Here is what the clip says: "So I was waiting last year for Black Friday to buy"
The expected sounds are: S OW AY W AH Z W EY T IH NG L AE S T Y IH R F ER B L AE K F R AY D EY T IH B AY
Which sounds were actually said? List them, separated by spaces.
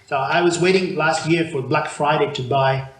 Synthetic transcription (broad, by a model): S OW AY W AH Z W EY T IH NG L AE S T Y IH R F ER B L AE K F R AY D EY T IH B AY